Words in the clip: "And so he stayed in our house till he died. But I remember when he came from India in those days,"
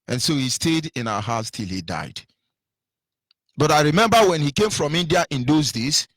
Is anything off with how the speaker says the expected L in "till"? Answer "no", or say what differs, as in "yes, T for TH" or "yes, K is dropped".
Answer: no